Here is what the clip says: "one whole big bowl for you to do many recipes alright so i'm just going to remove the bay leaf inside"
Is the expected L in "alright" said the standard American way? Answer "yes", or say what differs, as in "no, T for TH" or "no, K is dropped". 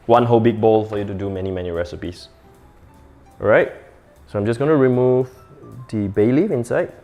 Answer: no, L is dropped